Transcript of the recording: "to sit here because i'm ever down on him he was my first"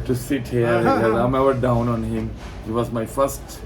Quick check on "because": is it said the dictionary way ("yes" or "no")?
no